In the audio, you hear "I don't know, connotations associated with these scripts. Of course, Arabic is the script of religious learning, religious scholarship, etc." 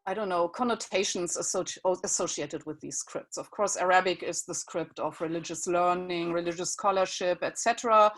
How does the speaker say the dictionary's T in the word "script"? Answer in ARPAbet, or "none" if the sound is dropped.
T